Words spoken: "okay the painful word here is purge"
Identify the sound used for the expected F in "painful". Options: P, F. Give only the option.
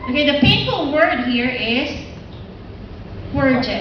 P